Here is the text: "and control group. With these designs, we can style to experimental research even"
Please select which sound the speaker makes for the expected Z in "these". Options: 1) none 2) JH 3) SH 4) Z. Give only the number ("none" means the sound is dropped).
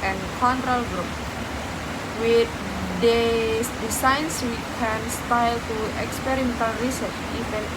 1